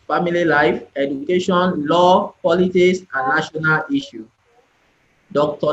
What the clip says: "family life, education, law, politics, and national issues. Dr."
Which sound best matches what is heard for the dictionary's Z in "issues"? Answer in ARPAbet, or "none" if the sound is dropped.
none